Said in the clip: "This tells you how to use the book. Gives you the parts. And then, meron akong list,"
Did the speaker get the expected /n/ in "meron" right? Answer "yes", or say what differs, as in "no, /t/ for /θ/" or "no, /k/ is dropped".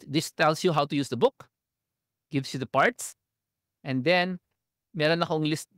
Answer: yes